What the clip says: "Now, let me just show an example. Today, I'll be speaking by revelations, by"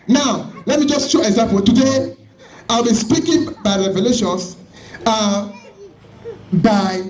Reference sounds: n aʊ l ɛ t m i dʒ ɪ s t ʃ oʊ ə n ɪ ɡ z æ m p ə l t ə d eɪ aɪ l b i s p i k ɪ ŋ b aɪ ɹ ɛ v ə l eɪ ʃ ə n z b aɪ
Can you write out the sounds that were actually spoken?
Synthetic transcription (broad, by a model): n aʊ l ɛ t m i dʒ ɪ s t ʃ oʊ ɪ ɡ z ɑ m p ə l t ə d eɪ aɪ l b i s p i k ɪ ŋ b aɪ ɹ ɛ v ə l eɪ ʃ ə n s b aɪ